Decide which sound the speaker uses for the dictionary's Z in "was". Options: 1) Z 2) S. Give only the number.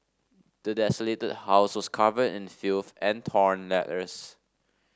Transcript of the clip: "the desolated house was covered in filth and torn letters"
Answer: 2